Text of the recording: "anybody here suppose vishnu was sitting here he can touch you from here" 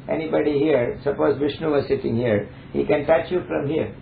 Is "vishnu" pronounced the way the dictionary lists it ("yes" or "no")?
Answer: yes